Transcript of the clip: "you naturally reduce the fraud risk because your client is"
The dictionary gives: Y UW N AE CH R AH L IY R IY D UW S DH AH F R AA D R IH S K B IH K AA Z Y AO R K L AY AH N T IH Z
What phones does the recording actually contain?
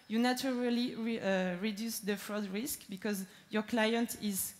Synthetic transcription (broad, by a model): Y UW N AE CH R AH L IY R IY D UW S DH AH F R AA D R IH S K B IH K AA Z Y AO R K L AY AH N T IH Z